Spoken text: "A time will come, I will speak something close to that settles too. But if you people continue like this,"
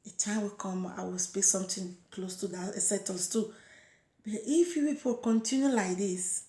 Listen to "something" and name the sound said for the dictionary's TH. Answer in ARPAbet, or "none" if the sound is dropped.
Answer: T